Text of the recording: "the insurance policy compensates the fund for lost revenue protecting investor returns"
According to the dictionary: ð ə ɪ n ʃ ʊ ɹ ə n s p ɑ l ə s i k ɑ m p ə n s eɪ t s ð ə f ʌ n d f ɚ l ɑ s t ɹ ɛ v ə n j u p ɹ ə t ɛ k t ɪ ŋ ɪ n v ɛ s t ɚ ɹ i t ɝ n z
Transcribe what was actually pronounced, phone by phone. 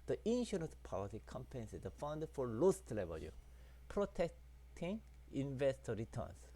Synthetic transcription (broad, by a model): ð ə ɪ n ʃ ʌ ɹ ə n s p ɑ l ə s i k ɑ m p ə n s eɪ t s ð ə f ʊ n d f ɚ l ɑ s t l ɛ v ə l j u p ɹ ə t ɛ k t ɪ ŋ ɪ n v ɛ s t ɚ ɹ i t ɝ n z